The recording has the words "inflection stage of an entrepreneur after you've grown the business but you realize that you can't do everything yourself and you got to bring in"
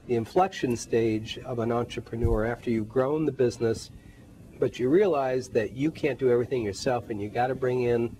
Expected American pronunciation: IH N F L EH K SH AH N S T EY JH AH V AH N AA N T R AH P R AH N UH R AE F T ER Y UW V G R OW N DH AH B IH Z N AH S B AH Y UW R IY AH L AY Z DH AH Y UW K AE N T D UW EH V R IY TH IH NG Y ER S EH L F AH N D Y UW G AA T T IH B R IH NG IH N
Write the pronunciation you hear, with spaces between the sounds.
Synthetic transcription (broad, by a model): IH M F L EH K SH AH N S T EY JH AH V AH N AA N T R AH P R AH N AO R AE F T ER Y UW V G R OW N DH AH B IH Z N AH S B AH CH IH R IY AH L AY Z DH AH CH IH K AE N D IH EH V R IY TH IH NG Y ER S EH L F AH N Y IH G AA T T IH B R IH NG IH N